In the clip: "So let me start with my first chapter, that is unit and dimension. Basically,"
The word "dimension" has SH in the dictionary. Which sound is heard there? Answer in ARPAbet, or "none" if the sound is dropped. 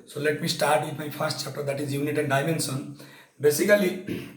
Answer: S